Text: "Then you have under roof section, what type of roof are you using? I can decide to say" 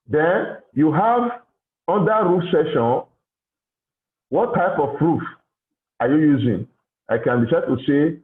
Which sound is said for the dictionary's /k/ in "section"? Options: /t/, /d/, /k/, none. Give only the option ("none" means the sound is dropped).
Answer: none